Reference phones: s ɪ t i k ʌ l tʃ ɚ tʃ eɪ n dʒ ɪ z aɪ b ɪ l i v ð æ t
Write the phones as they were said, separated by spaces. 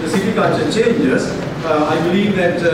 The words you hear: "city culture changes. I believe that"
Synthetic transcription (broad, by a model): s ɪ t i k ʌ n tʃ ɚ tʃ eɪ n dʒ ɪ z aɪ b ɪ l i v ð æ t